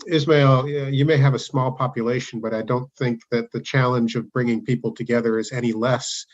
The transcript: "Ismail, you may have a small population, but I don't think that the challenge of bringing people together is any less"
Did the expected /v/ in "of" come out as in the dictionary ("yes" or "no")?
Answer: yes